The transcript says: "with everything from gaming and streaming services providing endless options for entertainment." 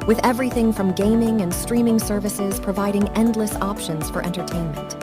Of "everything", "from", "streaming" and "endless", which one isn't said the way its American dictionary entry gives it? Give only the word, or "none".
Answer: none